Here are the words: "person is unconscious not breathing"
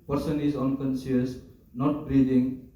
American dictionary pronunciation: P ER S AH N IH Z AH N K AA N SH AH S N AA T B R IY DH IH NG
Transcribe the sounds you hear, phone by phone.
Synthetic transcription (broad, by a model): P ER S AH N IH Z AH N K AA N S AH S N AA T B R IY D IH NG